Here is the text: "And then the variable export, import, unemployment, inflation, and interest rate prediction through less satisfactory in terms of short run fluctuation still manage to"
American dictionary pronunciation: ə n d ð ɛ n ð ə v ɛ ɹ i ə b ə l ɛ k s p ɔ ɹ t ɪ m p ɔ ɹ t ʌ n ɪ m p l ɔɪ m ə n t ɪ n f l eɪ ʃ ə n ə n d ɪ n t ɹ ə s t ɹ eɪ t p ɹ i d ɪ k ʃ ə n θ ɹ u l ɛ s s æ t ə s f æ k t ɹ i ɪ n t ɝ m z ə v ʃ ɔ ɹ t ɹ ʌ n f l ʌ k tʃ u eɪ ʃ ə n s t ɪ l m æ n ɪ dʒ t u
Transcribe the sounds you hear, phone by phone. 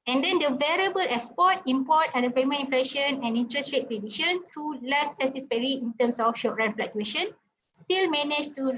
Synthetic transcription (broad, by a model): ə n d ɛ n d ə v ɛ ɹ i ə b ə l ɛ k s p ɔ t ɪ m p ɔ t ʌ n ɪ p ɛ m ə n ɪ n f l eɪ ʃ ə n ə n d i n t ɹ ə s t ɹ eɪ t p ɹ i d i ʃ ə n t ɹ u l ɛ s s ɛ t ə s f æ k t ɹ i ɪ n t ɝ m s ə f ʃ ɔ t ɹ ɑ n f l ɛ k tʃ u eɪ ʃ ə n s t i l m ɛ n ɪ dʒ t u